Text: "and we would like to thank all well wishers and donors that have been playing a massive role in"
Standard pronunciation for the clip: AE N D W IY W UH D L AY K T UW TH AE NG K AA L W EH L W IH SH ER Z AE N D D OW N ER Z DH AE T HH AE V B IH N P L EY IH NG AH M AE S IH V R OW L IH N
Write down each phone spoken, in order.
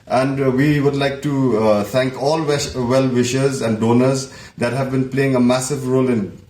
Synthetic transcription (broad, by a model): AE N D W IY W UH D L AY K T UW T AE NG K AA L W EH L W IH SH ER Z AE N D D OW N ER Z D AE T HH AE V B IH N P L EY IH NG AH M AE S IH V R OW L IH N